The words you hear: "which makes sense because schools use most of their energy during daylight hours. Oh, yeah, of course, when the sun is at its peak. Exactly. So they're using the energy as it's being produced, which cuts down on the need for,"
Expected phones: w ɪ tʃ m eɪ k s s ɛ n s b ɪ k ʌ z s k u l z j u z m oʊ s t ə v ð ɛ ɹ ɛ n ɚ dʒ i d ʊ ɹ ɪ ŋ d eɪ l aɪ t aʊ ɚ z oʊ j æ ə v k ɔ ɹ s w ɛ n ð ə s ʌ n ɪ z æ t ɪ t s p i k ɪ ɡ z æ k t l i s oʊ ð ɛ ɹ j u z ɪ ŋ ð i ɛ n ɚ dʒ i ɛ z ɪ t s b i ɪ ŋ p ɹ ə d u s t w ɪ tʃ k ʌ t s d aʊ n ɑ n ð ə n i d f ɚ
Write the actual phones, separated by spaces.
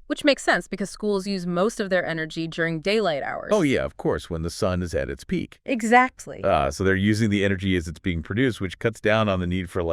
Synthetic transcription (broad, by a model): w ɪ tʃ m eɪ k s s ɛ n s b ɪ k ʌ z s k u l z j u z m oʊ s t ə v ð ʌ ɹ ɛ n ɚ dʒ i d ʊ ɹ ɪ ŋ d eɪ l aɪ t aʊ ɚ oʊ j æ ə v k ɔ ɹ s w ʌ n ð ə s ʌ n ɪ z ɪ t ɪ t s p i k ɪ ɡ z æ k t l i s oʊ ð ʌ ɹ j u z ɪ ŋ ð i ɛ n ɚ dʒ i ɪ z ɪ t s b i ɪ ŋ p ɹ ə d u s t w ɪ tʃ k ʌ t s d aʊ n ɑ n ð ə n i d f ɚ